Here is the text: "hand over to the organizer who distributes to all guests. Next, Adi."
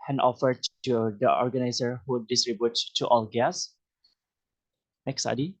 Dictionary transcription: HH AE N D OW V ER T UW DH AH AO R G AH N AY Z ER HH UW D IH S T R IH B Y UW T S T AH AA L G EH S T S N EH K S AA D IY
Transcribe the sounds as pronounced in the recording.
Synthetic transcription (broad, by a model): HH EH N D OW F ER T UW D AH AO R G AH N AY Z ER HH UW D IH S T R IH B Y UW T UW T AA L G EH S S N EH K S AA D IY